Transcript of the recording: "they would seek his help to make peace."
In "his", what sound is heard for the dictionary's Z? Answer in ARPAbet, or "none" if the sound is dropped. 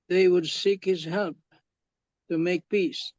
Z